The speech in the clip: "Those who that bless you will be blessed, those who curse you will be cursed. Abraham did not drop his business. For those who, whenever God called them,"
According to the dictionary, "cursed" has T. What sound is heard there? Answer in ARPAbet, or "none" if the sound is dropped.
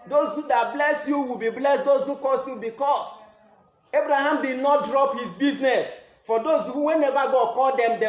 none